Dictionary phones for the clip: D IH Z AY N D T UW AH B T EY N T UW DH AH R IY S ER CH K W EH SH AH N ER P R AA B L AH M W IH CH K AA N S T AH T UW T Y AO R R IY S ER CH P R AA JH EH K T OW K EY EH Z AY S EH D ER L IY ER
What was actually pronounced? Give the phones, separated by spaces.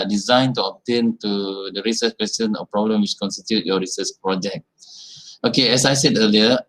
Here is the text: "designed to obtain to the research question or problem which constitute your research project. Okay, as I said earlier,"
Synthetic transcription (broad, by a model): D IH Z AY N T UW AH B T EY N T UW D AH R IY S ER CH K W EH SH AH N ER P R AA B L AH M W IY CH K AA N S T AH T UW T Y AO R R IY S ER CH P R AA JH EH K T OW K EY EH S AY S EH D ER L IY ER